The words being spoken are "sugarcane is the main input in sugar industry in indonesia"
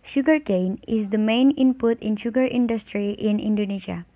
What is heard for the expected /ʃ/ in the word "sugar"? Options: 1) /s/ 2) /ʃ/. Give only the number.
2